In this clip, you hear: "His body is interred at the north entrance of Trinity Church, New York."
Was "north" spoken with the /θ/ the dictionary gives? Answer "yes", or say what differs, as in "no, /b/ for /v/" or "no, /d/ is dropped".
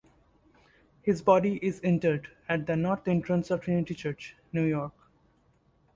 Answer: no, /t/ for /θ/